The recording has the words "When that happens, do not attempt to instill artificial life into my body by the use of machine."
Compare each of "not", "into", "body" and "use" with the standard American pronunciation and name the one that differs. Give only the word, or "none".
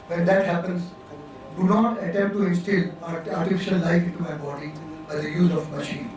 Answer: use